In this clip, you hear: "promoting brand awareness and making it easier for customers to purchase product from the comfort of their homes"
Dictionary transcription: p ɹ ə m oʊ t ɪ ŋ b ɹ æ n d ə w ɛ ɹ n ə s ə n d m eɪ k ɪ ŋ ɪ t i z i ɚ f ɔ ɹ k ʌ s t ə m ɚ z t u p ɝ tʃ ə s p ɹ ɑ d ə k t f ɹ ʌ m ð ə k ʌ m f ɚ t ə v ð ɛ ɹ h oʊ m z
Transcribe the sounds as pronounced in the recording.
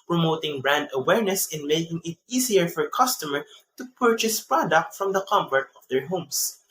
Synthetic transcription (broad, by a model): p ɹ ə m oʊ t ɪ ŋ b ɹ æ n d ə w ɛ ɹ n ə s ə n m eɪ k ɪ ŋ ɪ t i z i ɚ f ɔ ɹ k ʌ s t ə m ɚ t u p ɝ tʃ ə s p ɹ ɑ d ə k t f ɹ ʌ m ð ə k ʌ m p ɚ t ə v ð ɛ ɹ h oʊ m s